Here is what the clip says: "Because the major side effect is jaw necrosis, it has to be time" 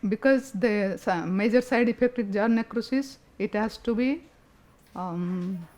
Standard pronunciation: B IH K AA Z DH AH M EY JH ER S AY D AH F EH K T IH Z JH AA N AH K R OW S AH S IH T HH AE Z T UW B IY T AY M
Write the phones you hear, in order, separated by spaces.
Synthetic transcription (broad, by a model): B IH K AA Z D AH M EY JH ER S AY D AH P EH K T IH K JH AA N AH K R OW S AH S IH T HH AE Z T UW B IY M